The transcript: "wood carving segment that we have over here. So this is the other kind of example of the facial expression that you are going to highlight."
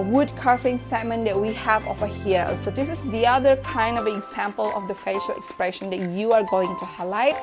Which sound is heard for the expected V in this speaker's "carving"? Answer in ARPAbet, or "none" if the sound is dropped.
F